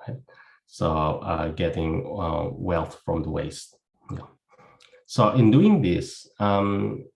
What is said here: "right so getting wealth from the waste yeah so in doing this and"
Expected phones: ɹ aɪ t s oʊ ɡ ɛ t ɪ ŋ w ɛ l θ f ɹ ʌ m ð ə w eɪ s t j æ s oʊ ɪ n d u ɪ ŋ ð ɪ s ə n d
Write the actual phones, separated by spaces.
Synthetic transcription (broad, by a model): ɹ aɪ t s oʊ ɡ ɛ t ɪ ŋ w ɛ l θ f ɹ ʌ m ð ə w eɪ s t j æ s oʊ ɪ n d u ɪ ŋ ð ɪ s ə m